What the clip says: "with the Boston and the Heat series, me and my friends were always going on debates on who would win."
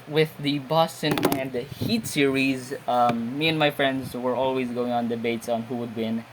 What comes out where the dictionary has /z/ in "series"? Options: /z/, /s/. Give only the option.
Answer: /z/